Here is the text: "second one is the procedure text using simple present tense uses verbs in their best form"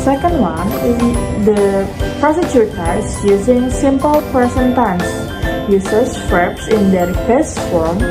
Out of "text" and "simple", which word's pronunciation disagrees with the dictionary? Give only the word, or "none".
text